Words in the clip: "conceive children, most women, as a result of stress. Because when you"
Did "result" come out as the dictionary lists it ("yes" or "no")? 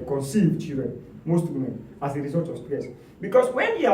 no